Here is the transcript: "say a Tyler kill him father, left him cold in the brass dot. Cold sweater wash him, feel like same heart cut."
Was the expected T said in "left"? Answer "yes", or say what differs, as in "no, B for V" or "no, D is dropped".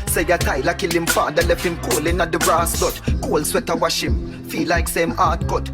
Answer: no, T is dropped